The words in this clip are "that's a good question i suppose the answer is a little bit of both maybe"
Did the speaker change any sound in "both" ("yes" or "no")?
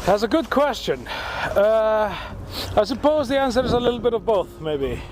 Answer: no